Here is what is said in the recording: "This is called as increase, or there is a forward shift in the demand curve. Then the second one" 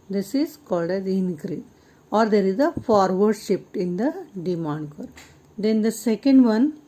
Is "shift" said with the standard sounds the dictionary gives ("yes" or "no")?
no